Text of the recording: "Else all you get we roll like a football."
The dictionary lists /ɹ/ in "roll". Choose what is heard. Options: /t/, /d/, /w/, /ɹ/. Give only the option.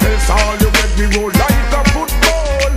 /w/